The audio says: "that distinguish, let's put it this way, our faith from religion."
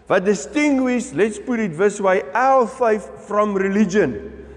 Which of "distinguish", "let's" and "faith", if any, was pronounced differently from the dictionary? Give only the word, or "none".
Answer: faith